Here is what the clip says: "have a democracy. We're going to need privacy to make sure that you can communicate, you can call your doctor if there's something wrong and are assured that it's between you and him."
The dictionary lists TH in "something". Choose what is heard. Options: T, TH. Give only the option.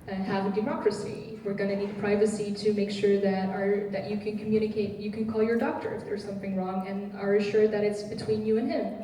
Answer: TH